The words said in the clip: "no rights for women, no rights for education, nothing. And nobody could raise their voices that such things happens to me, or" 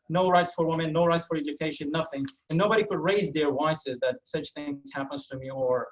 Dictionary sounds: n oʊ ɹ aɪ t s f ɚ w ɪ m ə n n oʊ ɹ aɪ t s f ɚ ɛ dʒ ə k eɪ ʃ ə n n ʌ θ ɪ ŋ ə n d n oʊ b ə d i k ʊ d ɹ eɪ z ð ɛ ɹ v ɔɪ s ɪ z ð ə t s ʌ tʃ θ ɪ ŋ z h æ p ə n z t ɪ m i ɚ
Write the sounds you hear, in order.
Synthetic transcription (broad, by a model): n oʊ ɹ aɪ t s f ɚ w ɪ m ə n n oʊ ɹ aɪ t s f ɚ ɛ dʒ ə k eɪ ʃ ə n n ʌ θ ɪ ŋ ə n n oʊ b ə d i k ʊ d ɹ eɪ z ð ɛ ɹ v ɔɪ s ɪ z ð ə t s ʌ tʃ θ ɪ ŋ z h æ p ə n z t ɪ m i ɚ